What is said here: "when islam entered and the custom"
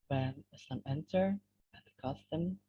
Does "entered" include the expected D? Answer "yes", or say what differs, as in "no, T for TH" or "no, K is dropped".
no, D is dropped